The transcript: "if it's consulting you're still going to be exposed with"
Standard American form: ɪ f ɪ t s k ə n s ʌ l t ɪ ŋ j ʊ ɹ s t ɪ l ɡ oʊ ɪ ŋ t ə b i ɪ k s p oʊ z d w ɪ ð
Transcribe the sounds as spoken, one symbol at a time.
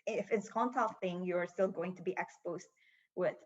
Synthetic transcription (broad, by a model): ɪ f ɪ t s k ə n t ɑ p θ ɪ ŋ j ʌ ɹ s t ɪ l ɡ oʊ ɪ ŋ t ə b i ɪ k s p oʊ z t w ɪ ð